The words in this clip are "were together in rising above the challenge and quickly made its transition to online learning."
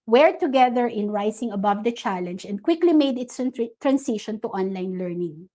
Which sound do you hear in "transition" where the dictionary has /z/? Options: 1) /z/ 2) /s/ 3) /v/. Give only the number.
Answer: 2